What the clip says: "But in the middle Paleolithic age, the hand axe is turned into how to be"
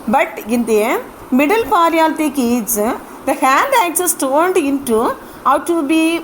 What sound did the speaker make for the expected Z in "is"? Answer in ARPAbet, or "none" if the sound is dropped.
S